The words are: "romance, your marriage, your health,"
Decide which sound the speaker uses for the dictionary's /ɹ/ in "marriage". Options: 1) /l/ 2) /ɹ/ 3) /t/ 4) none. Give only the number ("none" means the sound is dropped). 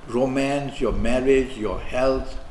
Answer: 2